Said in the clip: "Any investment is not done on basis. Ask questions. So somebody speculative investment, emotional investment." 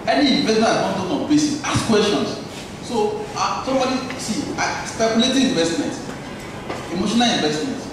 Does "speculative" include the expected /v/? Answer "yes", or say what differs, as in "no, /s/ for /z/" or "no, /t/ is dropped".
no, /v/ is dropped